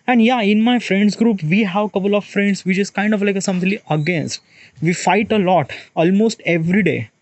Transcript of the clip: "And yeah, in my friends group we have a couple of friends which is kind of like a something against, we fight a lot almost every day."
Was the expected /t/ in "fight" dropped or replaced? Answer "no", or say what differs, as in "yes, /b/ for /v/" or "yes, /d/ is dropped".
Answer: no